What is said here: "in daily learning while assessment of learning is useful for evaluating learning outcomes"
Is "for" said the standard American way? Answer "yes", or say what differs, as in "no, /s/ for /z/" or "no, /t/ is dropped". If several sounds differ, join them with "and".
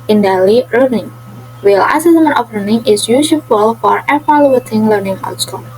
yes